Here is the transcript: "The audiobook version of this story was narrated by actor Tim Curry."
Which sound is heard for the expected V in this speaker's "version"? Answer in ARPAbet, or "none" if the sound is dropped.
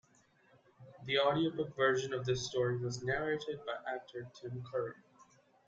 V